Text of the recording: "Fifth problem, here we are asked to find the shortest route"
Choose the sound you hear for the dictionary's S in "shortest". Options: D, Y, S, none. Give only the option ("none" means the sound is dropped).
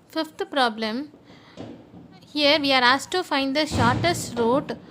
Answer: S